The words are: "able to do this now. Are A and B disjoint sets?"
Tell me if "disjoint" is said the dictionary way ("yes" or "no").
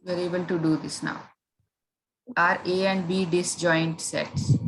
yes